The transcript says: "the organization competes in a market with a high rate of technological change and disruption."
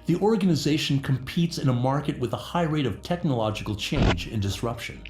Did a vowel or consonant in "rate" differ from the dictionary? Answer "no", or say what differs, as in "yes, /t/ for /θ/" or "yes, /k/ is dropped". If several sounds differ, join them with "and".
no